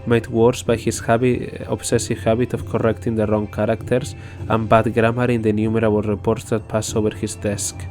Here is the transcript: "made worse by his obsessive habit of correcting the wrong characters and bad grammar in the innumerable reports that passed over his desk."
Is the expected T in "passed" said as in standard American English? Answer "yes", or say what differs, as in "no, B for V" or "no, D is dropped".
no, T is dropped